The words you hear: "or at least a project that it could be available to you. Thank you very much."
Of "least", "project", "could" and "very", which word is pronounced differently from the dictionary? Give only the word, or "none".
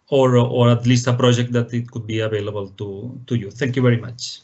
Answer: none